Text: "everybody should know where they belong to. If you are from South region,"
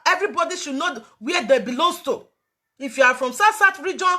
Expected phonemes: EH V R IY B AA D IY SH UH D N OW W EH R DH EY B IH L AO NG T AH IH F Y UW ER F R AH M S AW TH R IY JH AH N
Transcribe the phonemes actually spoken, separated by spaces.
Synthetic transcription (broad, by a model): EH V R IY B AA D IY SH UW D N OW W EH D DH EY B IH L AO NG T AH IH F Y UW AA F R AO M S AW T R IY JH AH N